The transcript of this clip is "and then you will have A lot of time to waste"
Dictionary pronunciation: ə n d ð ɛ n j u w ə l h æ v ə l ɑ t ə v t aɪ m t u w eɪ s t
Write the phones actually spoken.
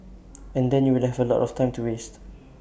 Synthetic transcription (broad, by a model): ə n d ɛ n j u w ə l h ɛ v ə l ɑ t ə f t aɪ m t u w eɪ s t